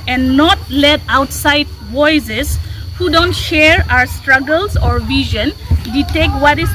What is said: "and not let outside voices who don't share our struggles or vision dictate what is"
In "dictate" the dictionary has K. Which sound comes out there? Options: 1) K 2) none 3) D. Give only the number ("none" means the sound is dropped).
2